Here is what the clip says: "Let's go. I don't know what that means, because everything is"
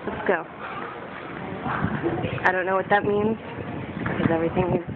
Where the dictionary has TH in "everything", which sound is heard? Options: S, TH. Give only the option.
TH